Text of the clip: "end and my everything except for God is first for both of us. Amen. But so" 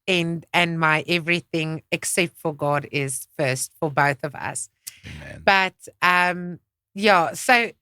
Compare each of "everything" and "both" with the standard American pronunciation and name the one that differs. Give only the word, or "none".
none